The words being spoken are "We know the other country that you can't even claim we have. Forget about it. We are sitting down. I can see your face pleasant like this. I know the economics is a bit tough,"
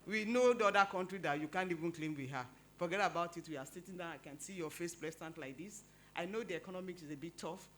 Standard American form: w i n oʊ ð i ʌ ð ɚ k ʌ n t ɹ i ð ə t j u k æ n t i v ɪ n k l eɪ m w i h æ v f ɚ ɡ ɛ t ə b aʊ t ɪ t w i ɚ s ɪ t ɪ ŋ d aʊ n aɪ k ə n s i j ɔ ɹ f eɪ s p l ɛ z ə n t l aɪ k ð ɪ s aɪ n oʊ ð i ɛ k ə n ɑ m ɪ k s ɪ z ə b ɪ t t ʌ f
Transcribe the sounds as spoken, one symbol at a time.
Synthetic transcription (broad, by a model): w i n oʊ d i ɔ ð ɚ k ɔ n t ɹ i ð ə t j u k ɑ n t i v ɪ n k l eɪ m w i h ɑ f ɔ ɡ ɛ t ə b aʊ t ɪ t w i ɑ s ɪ t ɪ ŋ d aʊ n aɪ k ə n s i j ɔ f eɪ s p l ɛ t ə n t l aɪ k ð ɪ s aɪ n oʊ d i ɛ k ə n ɑ m ɪ k s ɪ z ə b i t t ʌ f